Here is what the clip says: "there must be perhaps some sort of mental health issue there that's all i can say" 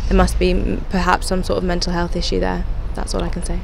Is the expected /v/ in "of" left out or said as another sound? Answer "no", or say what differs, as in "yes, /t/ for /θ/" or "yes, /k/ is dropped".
no